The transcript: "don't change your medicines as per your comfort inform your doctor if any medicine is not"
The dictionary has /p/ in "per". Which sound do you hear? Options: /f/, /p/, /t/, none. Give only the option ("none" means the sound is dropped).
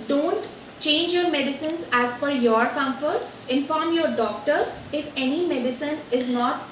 /f/